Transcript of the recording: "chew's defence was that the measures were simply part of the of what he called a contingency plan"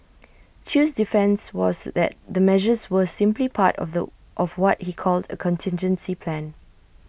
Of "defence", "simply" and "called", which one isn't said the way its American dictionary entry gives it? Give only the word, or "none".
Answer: none